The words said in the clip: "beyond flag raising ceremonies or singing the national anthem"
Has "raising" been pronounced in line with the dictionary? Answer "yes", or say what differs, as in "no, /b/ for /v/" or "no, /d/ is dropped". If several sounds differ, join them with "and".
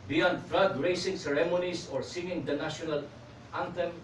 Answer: no, /s/ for /z/